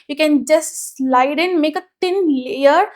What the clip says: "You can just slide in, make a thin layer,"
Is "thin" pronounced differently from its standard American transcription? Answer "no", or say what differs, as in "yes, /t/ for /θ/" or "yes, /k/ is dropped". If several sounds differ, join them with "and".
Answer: yes, /t/ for /θ/